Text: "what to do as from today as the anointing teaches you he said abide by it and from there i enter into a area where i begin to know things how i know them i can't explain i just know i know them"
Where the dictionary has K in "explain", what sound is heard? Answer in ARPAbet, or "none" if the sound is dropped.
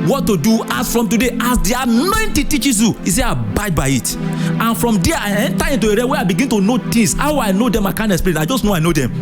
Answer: none